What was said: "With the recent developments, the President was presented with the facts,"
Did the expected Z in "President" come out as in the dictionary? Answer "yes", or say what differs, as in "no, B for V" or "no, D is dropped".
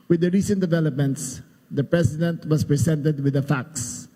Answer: no, S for Z